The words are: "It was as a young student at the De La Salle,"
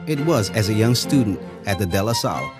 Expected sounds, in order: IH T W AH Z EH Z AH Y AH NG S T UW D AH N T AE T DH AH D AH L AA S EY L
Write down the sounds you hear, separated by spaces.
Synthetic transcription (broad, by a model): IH T W AH Z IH Z AH Y AH NG S T UW D N T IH T DH AH D AH L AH S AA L